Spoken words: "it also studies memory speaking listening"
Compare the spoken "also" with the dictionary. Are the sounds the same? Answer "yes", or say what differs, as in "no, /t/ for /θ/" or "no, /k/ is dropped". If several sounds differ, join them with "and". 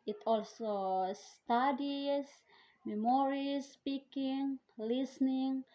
yes